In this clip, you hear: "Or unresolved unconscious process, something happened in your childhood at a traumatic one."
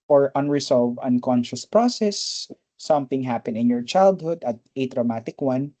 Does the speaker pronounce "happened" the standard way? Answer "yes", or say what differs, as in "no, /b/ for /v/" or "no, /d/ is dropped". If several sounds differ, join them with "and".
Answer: no, /d/ is dropped